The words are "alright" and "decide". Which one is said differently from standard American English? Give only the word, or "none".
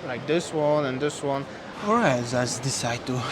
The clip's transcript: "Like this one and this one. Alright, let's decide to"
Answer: alright